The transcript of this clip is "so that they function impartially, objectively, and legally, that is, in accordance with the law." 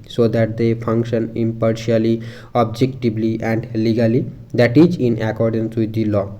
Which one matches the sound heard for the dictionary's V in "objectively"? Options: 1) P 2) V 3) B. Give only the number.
3